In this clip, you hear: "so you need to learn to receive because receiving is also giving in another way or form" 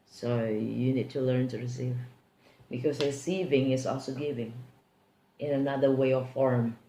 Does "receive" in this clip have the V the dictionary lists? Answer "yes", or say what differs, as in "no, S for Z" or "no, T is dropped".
yes